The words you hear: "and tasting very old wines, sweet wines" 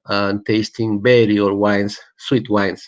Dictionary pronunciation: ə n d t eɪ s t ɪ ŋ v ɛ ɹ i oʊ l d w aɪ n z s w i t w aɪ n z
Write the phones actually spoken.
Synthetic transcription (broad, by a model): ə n t eɪ s t ɪ ŋ b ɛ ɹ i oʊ d w aɪ n s w i t w aɪ n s